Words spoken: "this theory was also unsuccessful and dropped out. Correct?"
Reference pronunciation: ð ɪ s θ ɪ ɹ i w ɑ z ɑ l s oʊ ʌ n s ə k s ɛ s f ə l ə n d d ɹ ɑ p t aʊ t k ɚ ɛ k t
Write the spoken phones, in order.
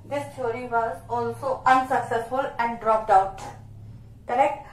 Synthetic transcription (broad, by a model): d ɪ s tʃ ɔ ɹ i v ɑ z ɑ l s oʊ ʌ n s ə k s ɛ s f ə l ə n d d ɹ ɑ p t aʊ t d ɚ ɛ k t